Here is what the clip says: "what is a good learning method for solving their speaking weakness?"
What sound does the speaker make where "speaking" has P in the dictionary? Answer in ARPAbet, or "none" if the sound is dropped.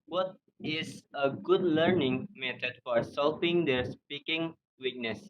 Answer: P